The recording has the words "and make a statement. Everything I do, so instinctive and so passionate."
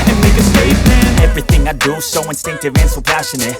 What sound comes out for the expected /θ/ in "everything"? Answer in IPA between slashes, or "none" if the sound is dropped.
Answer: /θ/